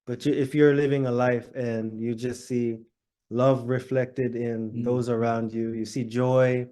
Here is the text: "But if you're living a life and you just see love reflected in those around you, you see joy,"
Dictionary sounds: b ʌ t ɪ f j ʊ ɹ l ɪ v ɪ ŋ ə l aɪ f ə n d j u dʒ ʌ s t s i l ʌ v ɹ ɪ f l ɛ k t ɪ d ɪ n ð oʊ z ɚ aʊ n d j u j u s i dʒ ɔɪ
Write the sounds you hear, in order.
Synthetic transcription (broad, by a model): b ʌ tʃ ɪ f j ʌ ɹ l ɪ v ɪ ŋ ə l aɪ f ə n j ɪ dʒ ʌ s t s i l ʌ v ɹ ɪ f l ɛ k t ɪ d ɪ n ð oʊ z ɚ aʊ n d j u j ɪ s i dʒ ɔɪ